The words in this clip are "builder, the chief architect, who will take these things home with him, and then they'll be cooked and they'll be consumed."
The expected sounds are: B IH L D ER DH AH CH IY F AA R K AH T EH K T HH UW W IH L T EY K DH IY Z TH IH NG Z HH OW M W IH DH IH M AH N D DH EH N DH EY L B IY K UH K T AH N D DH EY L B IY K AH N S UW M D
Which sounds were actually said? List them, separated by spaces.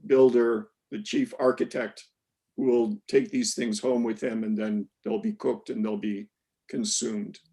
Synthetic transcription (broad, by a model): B IH L D ER DH AH CH IY F AA R K AH T EH K T HH UW W IH L T EY K DH IY Z TH IH NG Z HH OW M W IH DH IH M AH N DH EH N DH EY L B IY K UH K T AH N DH EY L B IY K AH N S UW M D